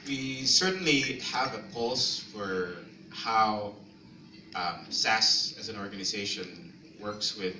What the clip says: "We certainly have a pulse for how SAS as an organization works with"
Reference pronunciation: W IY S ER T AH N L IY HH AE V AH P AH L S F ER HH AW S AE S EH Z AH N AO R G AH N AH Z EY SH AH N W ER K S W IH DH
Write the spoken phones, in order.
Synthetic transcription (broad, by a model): W IY S ER T N L IY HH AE V AH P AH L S F ER HH AW S AE S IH Z AH N AO R G AH N AH Z EY SH AH N W ER K S W IH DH